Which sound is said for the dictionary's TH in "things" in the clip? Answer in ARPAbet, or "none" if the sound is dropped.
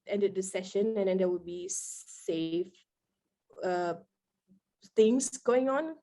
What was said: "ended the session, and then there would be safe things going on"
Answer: T